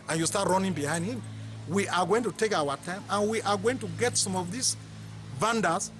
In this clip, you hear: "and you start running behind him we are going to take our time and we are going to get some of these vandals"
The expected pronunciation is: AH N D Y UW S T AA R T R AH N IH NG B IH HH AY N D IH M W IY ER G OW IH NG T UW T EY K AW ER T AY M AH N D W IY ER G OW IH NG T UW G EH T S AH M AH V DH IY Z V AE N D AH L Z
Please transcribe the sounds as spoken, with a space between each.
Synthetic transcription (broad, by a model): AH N Y UW S T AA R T R AH N IH NG B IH HH AY N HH IH M W IY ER G OW IH NG T UW T EY K AW ER T AY M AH N W IY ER G OW IH NG T UW G EH T S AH M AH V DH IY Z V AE N D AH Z